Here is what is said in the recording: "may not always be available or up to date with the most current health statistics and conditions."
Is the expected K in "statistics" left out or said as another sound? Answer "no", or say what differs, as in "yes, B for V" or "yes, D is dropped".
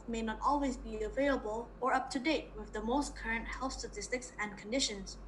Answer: no